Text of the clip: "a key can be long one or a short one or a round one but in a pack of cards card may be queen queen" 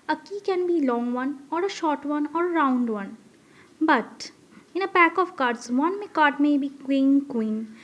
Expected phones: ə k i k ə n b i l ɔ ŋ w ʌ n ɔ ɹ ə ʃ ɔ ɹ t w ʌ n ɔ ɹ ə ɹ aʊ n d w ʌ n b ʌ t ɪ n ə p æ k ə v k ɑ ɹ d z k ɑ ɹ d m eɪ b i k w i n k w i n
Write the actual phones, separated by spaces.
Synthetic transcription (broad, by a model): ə k i k ə n b i l ɔ ŋ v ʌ n ɔ ɹ ə ʃ ɔ ɹ t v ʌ n ɔ ɹ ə ɹ aʊ n d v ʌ n b ʌ t ɪ n ə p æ k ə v k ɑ ɹ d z k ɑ ɹ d m eɪ b i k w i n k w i n